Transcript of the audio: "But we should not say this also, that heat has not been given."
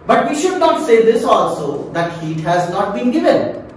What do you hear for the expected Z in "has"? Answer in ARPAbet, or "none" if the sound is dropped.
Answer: Z